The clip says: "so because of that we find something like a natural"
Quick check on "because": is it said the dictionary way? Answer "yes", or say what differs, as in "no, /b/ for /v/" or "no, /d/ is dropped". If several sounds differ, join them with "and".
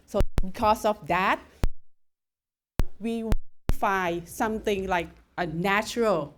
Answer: no, /s/ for /z/